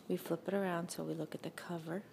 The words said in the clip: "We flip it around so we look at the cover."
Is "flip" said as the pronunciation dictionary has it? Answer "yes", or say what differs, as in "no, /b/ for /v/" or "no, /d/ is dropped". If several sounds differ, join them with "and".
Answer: yes